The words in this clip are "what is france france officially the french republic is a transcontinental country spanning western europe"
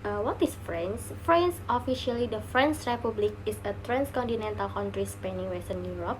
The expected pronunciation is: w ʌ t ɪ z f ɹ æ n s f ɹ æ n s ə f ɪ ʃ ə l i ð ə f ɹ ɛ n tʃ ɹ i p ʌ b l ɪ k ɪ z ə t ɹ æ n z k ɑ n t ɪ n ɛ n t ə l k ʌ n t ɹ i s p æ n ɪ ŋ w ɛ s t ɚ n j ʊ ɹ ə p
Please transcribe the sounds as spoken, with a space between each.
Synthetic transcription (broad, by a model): w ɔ t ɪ s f ɹ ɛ n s f ɹ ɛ n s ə f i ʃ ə l i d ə f ɹ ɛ n s ɹ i p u b l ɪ k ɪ s ə t ɹ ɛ n s k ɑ n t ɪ n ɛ n t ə l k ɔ n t ɹ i s p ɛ n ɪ ŋ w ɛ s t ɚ n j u ɹ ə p